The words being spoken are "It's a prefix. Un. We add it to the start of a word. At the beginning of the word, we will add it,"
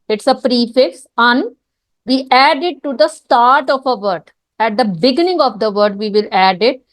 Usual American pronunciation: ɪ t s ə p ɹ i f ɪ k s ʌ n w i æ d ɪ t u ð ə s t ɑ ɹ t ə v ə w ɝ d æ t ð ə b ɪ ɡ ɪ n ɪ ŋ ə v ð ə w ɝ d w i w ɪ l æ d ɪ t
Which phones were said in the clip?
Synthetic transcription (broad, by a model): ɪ t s ə p ɹ i f ɪ k s ʌ n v i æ d ɪ t u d ə s t ɑ ɹ t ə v ə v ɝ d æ t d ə b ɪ ɡ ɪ n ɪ ŋ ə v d ə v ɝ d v i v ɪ l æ d ɪ t